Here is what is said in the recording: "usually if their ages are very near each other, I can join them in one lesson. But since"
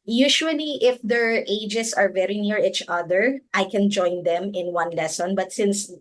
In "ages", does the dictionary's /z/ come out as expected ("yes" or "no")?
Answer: no